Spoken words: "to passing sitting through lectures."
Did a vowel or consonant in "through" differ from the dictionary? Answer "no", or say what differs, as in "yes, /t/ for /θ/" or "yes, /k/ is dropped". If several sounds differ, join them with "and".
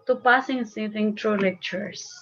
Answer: yes, /t/ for /θ/